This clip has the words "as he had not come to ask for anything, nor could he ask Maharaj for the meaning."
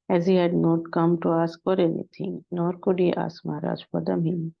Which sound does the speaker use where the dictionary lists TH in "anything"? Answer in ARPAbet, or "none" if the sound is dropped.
T